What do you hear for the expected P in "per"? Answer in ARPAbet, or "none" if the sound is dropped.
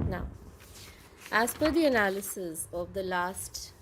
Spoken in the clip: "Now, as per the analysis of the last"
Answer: F